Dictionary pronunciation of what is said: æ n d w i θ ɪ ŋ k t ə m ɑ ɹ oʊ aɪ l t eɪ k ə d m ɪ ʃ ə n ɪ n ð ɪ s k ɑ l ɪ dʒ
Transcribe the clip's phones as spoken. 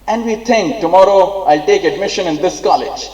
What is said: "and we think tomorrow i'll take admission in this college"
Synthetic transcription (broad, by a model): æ n d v i t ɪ ŋ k t ə m ɑ ɹ oʊ aɪ l t eɪ k ə d m ɪ ʃ ə n ɪ n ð ɪ s k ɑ l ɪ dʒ